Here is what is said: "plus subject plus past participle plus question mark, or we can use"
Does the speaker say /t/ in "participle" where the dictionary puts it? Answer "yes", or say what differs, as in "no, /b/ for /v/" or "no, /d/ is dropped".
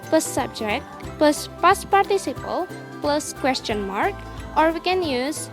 yes